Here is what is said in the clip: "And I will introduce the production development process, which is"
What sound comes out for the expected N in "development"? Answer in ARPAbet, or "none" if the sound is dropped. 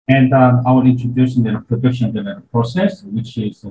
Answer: none